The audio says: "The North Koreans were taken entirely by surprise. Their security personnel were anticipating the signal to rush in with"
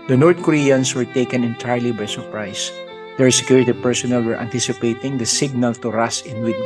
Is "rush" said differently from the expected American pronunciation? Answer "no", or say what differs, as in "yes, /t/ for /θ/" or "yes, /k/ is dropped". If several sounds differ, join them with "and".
yes, /s/ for /ʃ/